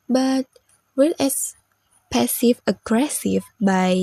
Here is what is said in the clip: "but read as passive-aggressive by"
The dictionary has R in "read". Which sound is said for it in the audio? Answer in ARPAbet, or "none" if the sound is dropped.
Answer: W